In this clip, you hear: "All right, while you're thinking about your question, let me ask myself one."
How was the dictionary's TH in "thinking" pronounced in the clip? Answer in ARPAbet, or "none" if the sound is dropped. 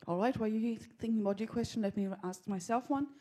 TH